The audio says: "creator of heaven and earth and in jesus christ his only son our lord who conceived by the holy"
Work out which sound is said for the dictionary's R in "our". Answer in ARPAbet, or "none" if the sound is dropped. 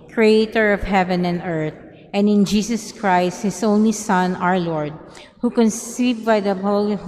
R